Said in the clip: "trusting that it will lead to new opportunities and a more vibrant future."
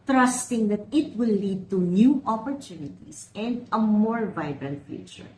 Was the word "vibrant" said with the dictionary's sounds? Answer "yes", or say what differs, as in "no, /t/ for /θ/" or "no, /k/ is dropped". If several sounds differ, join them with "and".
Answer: yes